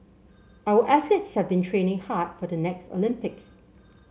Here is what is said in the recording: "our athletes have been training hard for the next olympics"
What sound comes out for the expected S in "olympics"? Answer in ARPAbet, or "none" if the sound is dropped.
S